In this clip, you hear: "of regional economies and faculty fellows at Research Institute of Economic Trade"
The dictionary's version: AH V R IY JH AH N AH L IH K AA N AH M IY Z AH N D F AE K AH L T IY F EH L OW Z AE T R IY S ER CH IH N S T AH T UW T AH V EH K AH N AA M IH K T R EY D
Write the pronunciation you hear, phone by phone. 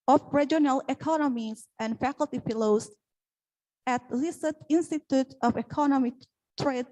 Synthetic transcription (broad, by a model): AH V R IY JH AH N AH L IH K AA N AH M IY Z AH N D F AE K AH L T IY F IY L OW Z AE T L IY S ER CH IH N S T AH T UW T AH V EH K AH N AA M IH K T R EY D